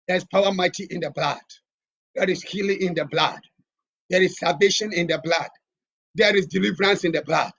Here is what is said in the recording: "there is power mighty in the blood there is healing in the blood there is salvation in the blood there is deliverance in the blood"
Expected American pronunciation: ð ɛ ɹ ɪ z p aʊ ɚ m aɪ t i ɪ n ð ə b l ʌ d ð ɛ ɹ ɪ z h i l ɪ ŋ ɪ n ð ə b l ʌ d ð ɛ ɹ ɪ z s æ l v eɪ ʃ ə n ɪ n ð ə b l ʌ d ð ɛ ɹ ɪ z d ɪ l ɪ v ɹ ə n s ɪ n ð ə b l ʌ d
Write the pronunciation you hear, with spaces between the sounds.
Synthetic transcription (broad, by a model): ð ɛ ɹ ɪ s p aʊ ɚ m aɪ t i ɪ n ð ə b l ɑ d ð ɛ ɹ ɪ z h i l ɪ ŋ ɪ n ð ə b l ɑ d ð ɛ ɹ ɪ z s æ v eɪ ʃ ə n ɪ n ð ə b l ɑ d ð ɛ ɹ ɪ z d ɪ l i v ɹ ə n s ɪ n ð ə b l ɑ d